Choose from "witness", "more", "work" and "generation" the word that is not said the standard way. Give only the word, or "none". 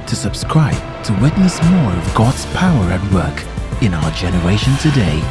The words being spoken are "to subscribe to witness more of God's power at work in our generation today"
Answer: none